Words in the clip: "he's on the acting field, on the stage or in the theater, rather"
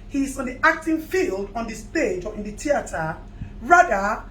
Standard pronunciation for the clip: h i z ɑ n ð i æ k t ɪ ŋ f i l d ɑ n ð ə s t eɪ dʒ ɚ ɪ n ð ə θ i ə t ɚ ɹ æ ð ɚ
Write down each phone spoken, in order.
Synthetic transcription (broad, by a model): h i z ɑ n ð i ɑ k t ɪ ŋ f i l d ɑ n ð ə s t eɪ dʒ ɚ ɪ n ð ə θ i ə t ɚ ɹ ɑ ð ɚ